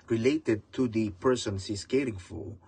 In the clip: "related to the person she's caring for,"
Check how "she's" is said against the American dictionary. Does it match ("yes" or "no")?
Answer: no